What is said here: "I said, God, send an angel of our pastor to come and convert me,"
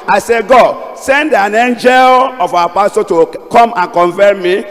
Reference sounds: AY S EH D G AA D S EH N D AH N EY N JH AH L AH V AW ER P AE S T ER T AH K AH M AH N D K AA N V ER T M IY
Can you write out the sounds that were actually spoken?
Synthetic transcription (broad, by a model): AY S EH G AA D S EH N D AH N EY N JH AH L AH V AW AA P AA S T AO T AH K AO M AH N K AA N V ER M M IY